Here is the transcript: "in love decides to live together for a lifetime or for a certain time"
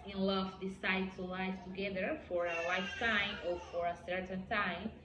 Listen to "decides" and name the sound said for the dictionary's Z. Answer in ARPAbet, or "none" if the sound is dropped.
none